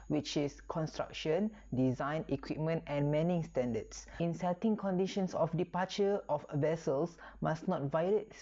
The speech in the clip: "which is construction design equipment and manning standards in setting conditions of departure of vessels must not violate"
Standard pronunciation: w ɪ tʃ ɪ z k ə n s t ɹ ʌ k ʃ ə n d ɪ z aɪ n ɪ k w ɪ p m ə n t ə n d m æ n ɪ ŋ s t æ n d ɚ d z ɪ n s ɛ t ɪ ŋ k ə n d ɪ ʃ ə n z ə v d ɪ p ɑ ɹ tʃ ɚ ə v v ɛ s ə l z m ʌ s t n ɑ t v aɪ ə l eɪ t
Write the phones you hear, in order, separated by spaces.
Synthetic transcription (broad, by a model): w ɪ tʃ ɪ s k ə n s t ɹ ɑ k ʃ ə n d ɪ z aɪ n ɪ k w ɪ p m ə n t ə n m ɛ n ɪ ŋ s t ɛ n d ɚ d s ɪ n s ɛ t ɪ ŋ k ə n d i ʃ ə n s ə f d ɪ p ɑ tʃ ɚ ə f v ɛ s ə l s m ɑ s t n ɑ t v aɪ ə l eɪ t